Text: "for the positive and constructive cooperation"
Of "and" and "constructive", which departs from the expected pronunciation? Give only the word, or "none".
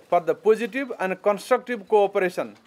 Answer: constructive